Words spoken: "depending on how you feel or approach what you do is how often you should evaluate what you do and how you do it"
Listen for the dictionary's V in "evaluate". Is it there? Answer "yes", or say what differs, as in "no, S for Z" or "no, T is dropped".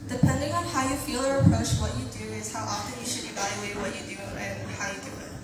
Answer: yes